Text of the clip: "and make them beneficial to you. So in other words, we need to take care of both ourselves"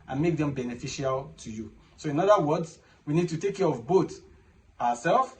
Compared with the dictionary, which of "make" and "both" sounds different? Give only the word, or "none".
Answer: both